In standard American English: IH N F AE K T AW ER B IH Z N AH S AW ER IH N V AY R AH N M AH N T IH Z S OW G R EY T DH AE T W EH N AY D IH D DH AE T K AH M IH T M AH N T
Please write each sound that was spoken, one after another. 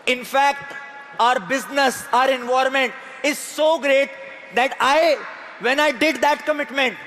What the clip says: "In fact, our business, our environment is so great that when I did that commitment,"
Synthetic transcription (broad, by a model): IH N F AE K T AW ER B IH Z N AH S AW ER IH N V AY AH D M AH N T IH Z S OW G R EY T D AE T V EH N AY D IH D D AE T K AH M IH T M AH N T